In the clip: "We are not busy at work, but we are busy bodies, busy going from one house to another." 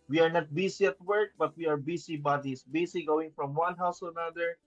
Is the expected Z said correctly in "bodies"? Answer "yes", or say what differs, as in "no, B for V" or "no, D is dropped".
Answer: no, S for Z